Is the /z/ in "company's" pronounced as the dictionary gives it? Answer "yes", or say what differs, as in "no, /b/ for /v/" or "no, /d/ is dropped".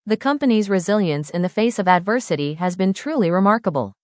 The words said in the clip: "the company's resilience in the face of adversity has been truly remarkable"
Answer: yes